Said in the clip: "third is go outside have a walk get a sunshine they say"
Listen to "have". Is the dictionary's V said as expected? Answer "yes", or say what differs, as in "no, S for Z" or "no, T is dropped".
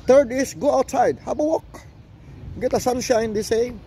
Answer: no, B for V